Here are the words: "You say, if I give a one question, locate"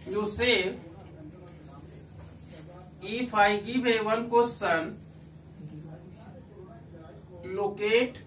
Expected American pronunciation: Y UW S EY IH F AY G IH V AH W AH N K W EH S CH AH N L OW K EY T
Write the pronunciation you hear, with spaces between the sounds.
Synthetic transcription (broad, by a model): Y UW S EY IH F AY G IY B AH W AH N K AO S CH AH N L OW K EY T